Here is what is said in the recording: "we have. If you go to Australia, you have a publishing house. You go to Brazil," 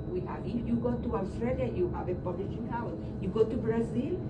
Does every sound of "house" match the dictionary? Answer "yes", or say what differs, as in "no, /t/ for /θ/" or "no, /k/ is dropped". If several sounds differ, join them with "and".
no, /s/ is dropped